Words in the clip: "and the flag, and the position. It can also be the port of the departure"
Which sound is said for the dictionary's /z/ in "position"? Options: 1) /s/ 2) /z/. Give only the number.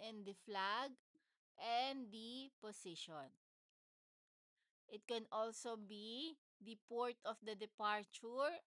1